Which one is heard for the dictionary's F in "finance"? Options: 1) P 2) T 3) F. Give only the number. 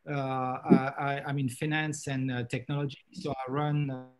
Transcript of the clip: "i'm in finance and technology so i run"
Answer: 3